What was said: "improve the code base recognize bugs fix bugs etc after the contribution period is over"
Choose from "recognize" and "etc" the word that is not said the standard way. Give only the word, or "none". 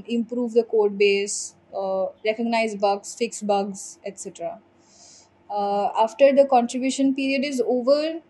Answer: none